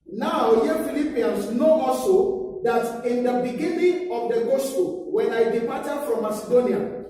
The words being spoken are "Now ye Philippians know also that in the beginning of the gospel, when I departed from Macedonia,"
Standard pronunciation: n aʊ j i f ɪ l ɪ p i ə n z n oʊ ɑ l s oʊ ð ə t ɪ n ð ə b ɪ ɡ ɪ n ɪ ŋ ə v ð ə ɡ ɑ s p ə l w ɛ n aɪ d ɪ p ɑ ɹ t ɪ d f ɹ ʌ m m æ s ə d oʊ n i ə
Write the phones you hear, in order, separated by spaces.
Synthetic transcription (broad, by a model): n aʊ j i f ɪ l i p i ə n s n oʊ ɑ s oʊ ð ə t ɪ n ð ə b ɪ ɡ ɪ n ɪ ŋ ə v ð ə ɡ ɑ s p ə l w ɛ n aɪ d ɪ p ɑ t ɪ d f ɹ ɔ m m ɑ s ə d oʊ n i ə